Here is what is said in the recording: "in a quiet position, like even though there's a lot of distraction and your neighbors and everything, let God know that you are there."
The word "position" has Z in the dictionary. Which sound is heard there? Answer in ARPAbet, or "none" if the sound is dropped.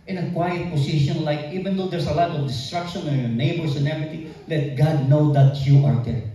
S